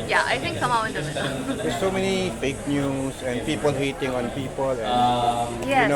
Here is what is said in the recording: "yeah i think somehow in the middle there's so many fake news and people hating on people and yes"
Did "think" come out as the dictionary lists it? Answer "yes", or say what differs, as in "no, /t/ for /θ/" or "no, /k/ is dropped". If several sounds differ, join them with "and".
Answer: no, /t/ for /θ/